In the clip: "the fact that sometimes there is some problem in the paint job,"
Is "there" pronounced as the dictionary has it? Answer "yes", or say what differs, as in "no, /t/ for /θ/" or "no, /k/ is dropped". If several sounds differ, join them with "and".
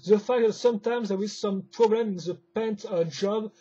no, /w/ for /ɹ/